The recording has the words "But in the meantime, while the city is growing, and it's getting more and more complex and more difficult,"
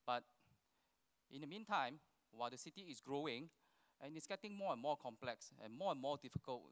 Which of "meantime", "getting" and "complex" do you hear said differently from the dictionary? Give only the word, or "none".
none